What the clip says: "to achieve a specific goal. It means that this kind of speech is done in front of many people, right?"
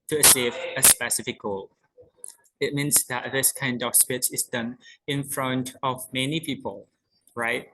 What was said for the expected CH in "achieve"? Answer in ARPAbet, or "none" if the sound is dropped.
S